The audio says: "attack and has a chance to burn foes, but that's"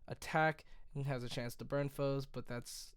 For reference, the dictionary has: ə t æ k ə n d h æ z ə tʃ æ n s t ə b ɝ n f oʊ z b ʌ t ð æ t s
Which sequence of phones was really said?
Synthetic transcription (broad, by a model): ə t æ k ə z ə tʃ æ n s t ə b ɝ n f oʊ z b ʌ t ð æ t s